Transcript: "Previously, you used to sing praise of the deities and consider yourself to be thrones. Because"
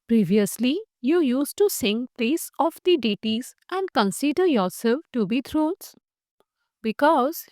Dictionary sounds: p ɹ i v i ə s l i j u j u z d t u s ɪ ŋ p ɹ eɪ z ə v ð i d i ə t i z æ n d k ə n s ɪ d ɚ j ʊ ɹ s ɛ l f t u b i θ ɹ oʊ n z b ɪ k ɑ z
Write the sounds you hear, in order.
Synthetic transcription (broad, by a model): p ɹ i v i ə s l i j u j u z t u s ɪ ŋ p l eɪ s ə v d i d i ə t i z æ n d k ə n s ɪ d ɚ j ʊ ɹ s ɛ l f t u b i t ɹ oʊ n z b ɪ k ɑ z